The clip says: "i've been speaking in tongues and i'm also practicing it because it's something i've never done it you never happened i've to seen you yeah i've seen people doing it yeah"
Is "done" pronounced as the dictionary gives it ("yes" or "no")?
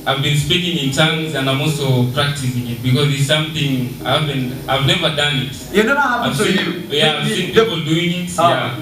no